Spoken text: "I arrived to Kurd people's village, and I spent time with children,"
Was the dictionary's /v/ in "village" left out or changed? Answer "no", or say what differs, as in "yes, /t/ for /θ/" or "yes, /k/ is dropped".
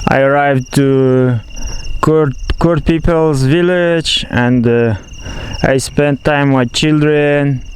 no